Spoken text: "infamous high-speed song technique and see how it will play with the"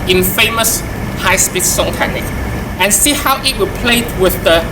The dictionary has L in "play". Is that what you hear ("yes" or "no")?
yes